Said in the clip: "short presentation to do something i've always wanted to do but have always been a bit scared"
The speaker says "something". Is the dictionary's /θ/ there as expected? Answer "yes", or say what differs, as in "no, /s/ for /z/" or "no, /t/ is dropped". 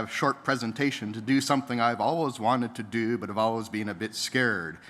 yes